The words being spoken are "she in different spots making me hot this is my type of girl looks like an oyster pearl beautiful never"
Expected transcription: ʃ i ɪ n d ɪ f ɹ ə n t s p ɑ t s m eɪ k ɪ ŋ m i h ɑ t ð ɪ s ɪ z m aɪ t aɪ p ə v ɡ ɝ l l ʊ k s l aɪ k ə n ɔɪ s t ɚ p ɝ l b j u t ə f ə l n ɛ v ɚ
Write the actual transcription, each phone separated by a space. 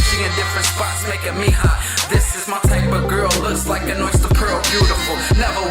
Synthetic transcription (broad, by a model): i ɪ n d ɪ f ɹ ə n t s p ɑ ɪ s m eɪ k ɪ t m i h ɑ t ð ɪ s ɪ z m aɪ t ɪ b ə ɡ ɝ l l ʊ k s l aɪ k ə n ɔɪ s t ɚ p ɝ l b j u t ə f l n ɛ v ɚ